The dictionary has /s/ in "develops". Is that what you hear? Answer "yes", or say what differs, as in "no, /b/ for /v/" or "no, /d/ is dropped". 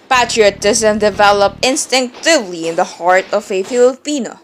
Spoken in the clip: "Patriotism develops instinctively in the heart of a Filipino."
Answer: no, /s/ is dropped